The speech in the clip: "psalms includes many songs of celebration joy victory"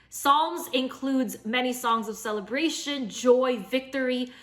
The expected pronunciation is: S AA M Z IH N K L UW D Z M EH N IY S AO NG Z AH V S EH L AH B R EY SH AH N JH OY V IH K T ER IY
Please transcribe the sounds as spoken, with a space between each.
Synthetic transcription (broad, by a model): S AA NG Z IH N K L UW D Z M EH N IY S AO NG Z AH V S EH L AH B R EY SH AH N JH OY V IH K T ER IY